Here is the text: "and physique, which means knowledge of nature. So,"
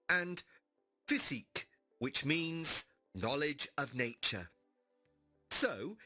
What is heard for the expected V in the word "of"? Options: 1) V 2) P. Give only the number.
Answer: 1